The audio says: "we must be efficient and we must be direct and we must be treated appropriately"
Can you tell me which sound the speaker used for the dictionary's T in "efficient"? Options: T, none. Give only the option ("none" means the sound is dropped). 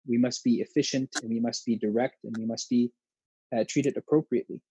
T